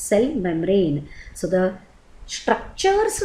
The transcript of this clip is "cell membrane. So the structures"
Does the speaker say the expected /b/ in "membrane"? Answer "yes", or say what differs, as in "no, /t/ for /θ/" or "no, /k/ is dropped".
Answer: no, /b/ is dropped